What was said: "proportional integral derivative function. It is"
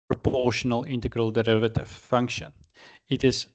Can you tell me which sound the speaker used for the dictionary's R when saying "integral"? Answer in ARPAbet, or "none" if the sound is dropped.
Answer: R